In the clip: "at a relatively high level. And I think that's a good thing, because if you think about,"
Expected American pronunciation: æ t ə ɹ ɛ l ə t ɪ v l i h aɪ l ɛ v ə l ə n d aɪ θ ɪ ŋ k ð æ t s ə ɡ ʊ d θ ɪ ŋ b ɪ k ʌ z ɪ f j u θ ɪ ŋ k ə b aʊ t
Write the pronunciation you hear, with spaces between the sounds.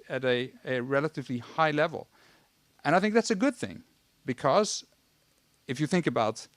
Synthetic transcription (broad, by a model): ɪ t ə ɹ ɛ l ə t ɪ v l i h aɪ l ɛ v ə l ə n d aɪ θ ɪ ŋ k ð æ t s ə ɡ ʊ d θ ɪ ŋ b ɪ k ʌ z ɪ f j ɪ θ ɪ ŋ k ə b aʊ t